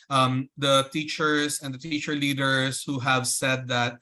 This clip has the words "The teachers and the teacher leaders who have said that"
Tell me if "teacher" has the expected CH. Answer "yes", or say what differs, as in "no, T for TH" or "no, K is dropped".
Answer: yes